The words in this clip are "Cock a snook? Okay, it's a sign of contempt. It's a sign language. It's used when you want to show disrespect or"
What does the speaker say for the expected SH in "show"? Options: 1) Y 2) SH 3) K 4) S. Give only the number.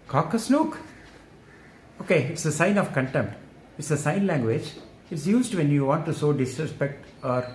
4